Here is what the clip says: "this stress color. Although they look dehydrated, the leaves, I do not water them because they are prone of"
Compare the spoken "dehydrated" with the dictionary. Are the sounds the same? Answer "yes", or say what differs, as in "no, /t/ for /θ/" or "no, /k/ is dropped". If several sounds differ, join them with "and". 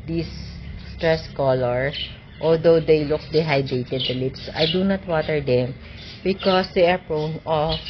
no, /ɹ/ is dropped